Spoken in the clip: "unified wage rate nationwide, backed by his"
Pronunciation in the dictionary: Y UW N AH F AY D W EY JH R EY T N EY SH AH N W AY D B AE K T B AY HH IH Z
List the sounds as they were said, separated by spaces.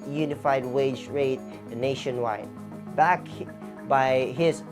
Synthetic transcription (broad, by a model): Y UW N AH F AY D W EY JH R EY T N EY SH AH N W AY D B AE K B AY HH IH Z